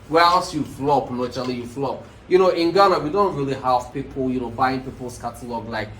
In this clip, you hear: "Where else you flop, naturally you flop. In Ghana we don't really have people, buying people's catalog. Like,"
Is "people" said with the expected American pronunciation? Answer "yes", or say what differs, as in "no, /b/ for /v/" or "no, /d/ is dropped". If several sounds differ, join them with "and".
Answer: no, /n/ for /l/